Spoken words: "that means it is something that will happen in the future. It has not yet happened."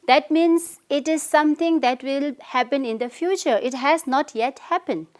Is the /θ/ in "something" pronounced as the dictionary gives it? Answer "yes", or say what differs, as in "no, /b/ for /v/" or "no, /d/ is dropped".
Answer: no, /t/ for /θ/